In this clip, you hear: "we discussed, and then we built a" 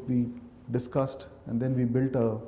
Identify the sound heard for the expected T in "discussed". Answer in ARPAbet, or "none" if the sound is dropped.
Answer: T